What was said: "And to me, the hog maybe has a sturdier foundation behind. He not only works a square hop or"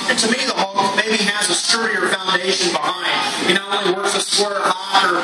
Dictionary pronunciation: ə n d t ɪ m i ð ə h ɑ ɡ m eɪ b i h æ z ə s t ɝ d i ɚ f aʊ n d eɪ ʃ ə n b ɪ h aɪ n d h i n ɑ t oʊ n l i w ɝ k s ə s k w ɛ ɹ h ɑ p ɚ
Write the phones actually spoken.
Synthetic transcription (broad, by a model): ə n t ɪ m i ð ə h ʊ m m eɪ b i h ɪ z ə s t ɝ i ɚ f aʊ n d eɪ ʃ ə n b ɪ h aɪ n d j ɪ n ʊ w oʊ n i w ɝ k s ə s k w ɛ ɹ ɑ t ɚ